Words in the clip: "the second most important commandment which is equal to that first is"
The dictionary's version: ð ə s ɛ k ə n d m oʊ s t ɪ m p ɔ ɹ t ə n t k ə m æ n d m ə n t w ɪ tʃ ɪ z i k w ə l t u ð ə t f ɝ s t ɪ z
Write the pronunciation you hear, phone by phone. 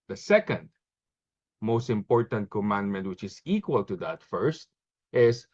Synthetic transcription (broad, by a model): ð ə s ɛ k ə n d m oʊ s t ɪ m p ɔ ɹ t ə n t k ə m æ n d m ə n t w ɪ tʃ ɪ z i k w ə l t u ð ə t f ɝ s t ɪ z